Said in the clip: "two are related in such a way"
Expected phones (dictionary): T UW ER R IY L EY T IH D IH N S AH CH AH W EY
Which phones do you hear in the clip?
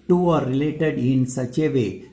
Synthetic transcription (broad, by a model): T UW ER R IY L EY T IH D IH N S AH CH AH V EY